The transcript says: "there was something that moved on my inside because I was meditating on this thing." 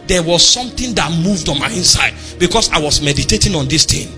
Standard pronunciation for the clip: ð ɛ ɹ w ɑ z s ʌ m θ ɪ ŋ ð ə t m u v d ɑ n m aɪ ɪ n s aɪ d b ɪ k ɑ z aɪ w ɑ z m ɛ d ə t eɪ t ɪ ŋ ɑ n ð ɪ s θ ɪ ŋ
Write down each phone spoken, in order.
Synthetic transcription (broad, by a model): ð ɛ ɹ w ɑ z s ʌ m t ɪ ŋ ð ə t m u v d ɑ n m aɪ ɪ n s aɪ d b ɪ k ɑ s aɪ w ɑ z m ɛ d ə t eɪ t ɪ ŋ ɑ n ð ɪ s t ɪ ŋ